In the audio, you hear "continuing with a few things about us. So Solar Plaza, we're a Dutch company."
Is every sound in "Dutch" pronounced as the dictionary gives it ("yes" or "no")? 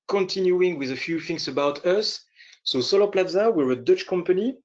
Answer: yes